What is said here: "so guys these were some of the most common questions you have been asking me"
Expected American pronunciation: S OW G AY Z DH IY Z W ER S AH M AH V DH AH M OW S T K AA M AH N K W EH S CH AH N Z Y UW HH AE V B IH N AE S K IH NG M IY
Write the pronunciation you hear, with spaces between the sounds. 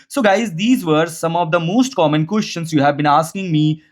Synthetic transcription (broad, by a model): S OW G AY Z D IY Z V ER S AH M AH V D AH M OW S T K AA M AH N K W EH S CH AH N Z Y UW HH AE V B IH N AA S K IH NG M IY